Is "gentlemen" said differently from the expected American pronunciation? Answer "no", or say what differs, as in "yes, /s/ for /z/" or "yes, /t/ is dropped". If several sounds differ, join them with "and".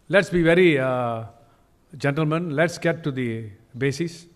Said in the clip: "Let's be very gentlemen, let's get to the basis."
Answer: no